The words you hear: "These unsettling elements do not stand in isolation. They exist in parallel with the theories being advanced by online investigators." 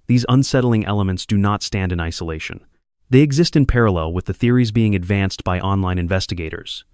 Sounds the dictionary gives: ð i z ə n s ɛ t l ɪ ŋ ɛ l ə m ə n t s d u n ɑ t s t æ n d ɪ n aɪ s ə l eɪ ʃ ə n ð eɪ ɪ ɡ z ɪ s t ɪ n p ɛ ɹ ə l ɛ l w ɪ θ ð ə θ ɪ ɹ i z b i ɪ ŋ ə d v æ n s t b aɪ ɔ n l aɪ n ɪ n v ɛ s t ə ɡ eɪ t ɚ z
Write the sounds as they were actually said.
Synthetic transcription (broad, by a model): ð i z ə n s ɛ t l ɪ ŋ ɛ l ə m ə n t s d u n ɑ t s t æ n d ɪ n aɪ s ə l eɪ ʃ ə n ð eɪ ɪ ɡ z ɪ s t ɪ n p ɛ ɹ ə l ɛ l w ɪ ð ə θ ɪ ɹ i z b i ɪ ŋ ə d v æ n s t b aɪ ɔ n l aɪ n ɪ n v ɛ s t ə ɡ eɪ t ɚ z